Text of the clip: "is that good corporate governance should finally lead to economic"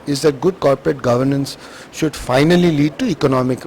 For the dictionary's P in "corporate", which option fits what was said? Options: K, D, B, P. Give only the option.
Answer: P